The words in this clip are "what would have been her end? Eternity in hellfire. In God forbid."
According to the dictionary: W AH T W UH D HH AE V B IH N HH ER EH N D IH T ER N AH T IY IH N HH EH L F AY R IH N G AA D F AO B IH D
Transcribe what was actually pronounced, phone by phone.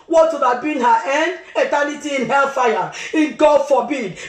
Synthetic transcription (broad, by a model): W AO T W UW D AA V B IH N HH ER EH N D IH T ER N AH T IY IH N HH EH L F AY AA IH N G AA D F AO B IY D